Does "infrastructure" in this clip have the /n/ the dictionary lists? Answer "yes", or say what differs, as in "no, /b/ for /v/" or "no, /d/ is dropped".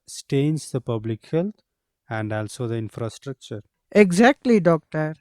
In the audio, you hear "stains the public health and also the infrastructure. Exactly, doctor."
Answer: yes